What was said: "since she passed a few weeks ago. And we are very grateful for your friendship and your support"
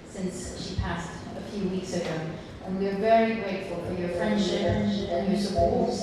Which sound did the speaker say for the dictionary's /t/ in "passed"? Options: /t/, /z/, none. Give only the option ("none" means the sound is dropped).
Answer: /t/